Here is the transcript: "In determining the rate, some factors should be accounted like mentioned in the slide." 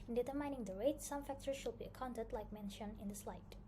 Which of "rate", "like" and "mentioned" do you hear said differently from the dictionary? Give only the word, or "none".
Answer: mentioned